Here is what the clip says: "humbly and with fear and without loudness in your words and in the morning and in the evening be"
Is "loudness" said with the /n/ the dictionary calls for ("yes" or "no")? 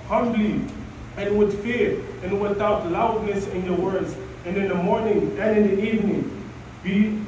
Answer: yes